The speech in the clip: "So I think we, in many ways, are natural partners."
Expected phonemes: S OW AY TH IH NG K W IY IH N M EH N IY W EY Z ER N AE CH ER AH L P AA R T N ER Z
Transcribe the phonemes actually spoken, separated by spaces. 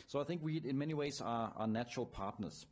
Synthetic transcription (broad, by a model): S OW AY TH IH NG K W IY IH N M EH N IY W EY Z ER N AE CH ER AH L P AA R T N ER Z